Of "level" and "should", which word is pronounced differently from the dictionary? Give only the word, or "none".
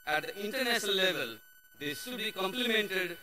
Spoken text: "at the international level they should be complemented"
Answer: should